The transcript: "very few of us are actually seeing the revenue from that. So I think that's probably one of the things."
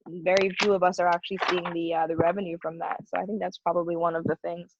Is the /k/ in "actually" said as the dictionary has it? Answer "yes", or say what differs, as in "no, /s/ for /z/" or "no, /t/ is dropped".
yes